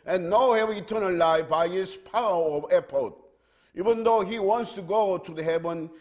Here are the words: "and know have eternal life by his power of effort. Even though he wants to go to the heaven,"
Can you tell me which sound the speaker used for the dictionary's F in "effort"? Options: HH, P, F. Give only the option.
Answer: P